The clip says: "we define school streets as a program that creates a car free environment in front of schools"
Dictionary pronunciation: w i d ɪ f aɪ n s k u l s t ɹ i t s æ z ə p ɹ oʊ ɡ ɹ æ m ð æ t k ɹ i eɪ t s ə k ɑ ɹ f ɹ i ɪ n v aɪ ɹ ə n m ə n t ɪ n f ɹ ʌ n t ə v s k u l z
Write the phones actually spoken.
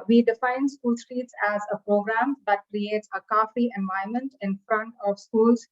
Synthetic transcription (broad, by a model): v i d ɪ f aɪ n s k u l s t ɹ i t s æ z ə p ɹ oʊ ɡ ɹ æ m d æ t k ɹ i eɪ t s ə k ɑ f i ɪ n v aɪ ə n m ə n t ɪ n f ɹ ʌ n t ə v s k u l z